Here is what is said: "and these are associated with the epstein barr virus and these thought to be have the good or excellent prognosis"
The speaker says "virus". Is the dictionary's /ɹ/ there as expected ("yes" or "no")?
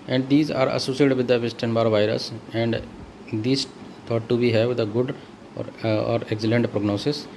yes